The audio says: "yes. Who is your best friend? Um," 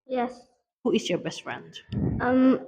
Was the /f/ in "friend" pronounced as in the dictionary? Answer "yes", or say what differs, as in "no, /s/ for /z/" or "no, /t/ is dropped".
yes